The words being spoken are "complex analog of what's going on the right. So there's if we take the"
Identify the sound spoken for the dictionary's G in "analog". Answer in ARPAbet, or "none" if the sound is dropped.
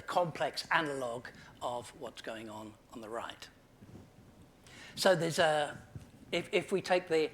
G